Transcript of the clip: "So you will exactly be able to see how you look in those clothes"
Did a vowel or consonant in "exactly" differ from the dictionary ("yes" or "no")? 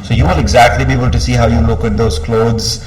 no